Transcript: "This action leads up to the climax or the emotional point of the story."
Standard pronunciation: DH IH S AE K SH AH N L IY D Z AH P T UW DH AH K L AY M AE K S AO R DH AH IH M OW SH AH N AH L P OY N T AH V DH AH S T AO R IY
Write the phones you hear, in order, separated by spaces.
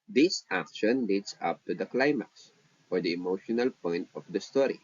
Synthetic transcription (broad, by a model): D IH S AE K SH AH N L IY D S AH P T UW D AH K L AY M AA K S AO R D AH IH M OW SH AH N AH L P OY N T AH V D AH S T AO R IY